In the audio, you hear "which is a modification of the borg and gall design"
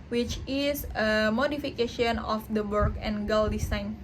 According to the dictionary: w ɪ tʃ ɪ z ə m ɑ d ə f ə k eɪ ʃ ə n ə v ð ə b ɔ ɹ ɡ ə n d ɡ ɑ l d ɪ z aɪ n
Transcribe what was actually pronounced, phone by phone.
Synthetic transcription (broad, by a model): w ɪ tʃ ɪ s ə m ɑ d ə f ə k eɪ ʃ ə n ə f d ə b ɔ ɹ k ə n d ɡ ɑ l d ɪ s aɪ n